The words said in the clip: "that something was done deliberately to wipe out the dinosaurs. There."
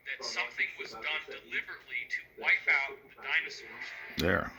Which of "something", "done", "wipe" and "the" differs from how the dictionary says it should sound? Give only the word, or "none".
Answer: none